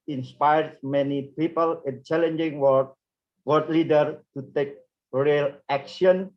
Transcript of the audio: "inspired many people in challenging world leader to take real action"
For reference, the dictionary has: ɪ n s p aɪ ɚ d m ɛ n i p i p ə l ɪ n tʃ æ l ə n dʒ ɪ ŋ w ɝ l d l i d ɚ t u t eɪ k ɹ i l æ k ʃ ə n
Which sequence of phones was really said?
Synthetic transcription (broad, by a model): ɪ n s p aɪ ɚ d m ɛ n i p i p ə l ɪ n tʃ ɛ l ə n dʒ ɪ ŋ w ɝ d l i d ɚ t u t eɪ k ɹ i l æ k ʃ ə n